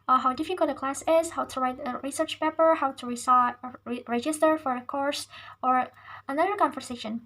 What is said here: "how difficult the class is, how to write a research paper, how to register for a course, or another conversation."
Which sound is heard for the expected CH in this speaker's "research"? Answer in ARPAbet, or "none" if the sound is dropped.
CH